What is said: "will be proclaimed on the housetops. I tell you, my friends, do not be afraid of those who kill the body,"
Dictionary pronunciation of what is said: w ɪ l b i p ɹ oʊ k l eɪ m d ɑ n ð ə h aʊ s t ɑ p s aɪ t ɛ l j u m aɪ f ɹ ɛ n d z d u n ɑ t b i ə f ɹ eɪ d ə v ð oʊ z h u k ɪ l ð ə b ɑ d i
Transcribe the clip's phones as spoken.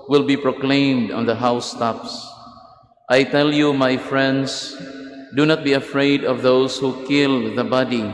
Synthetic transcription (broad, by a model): w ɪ l b i p ɹ oʊ k l eɪ m d ɑ n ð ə h aʊ s t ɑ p s aɪ t ɛ l j u m aɪ f ɹ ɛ n d s d u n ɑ t b i ə f ɹ eɪ d ə v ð oʊ s h u k ɪ l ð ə b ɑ d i